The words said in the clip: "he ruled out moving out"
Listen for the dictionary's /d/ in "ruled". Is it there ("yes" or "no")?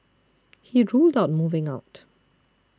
yes